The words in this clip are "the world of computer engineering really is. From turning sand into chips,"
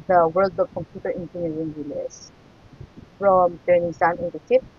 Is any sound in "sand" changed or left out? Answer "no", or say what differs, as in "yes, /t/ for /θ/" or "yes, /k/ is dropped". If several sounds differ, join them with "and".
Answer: yes, /d/ is dropped